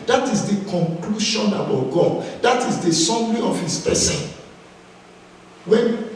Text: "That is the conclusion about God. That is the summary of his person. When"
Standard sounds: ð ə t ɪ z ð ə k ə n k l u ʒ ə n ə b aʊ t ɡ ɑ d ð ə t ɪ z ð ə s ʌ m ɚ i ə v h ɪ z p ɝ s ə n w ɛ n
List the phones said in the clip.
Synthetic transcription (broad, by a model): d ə t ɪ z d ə k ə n k l u ʃ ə n ə b aʊ t ɡ ɑ d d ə t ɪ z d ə s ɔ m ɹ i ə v h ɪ s p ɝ s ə n w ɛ n